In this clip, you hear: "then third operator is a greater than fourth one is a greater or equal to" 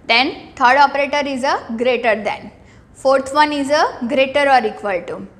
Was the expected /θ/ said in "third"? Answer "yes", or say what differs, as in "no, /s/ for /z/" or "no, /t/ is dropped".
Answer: no, /t/ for /θ/